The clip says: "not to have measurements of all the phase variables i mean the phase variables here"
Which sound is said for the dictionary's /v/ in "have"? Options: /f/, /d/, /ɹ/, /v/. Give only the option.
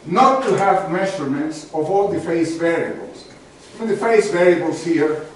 /v/